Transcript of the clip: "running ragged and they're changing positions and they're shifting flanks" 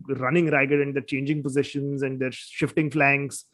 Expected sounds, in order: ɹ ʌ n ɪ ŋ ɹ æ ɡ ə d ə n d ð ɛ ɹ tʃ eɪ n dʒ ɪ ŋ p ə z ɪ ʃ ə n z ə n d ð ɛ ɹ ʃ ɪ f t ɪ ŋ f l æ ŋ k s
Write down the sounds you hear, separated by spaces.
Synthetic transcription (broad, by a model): ɹ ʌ n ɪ ŋ ɹ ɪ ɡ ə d ə n d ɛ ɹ tʃ eɪ n dʒ ɪ ŋ p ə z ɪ ʃ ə n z ə n d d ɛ ɹ ʃ ɪ f t ɪ ŋ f l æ ŋ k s